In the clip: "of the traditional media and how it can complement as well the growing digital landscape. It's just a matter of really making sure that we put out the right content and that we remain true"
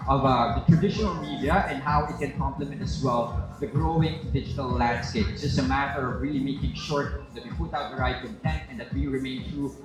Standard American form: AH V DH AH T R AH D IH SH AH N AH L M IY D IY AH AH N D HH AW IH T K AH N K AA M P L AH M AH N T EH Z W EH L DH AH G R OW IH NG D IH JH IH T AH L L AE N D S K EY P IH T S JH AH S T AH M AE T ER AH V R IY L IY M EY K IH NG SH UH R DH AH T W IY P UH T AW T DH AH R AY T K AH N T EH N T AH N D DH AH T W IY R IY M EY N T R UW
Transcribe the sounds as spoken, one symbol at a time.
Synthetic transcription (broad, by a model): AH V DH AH T R AH D IH SH AH N AH L M IY D IY AH AH N D HH AW IH T K AH N K AA M P L AH M AH N T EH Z W EH L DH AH G R OW IH NG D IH JH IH T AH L L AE N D S K EY IH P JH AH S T AH M AE T ER AH V R IY L IY M EY K IH NG SH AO R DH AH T W IY P UH T AW T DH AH R AY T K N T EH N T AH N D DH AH T W IY R IY M EY N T R UW